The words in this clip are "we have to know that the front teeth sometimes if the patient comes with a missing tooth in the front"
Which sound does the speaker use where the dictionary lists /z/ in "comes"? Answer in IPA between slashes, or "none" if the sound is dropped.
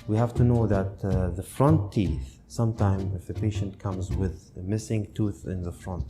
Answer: /z/